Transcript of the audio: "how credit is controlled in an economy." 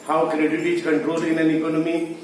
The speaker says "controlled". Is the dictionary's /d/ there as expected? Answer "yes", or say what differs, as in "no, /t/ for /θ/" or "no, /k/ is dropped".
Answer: no, /d/ is dropped